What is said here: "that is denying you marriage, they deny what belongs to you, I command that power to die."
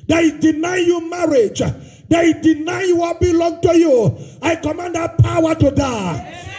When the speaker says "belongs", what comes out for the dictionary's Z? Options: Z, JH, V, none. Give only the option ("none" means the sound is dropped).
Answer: none